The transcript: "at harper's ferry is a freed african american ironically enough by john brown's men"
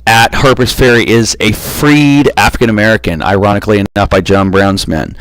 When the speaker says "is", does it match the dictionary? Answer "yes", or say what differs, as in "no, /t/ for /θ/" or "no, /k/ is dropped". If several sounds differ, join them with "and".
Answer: yes